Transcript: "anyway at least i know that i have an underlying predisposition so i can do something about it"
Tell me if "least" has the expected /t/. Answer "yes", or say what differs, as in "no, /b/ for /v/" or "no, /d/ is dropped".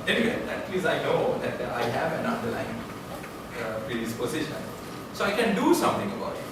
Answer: no, /t/ is dropped